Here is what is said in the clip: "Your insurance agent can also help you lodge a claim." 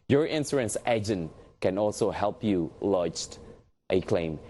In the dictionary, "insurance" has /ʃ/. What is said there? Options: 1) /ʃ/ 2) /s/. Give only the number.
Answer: 2